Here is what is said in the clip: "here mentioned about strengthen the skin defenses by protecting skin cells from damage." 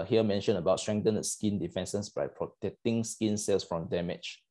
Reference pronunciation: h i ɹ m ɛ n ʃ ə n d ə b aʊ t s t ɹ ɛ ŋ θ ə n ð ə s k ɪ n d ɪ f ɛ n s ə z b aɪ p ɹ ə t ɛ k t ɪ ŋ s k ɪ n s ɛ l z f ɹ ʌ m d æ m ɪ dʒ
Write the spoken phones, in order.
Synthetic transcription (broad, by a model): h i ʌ m ɛ n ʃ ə n ə b aʊ t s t ɹ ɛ ŋ t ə n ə s k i n d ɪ f ɛ n s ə s b aɪ p ɹ ə t ɛ k t ɪ ŋ s k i n s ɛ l s f ɹ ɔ m d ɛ m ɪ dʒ